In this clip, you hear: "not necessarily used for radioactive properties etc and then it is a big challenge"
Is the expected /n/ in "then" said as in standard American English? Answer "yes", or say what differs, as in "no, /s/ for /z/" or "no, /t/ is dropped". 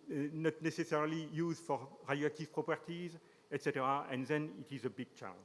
yes